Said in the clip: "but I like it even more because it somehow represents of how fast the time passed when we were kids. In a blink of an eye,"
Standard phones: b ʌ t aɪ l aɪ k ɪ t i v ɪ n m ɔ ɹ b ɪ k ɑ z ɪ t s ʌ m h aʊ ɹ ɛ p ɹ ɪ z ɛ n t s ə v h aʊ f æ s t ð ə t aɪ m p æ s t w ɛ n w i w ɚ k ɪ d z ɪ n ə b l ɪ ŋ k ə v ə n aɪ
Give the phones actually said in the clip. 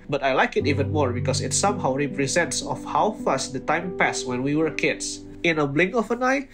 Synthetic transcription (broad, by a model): b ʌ t aɪ l aɪ k ɪ t i v ɪ n m ɔ ɹ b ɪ k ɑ s ɪ t s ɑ m h aʊ ɹ ɛ p ɹ ɪ z ɛ n t s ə f h aʊ f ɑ s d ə t aɪ m p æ s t w ɛ n w i w ɚ k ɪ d s ɪ n ə b l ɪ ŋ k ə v ə n aɪ